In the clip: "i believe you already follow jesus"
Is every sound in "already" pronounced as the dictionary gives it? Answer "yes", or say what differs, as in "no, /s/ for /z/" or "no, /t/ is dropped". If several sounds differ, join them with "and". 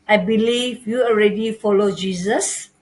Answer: yes